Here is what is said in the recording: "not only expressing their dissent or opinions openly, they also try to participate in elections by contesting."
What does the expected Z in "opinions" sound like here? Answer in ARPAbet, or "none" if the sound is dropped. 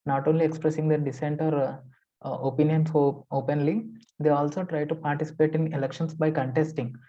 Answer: S